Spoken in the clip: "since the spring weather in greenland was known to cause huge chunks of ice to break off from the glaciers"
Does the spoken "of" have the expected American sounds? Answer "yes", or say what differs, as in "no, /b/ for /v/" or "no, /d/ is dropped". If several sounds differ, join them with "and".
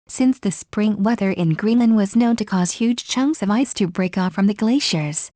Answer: yes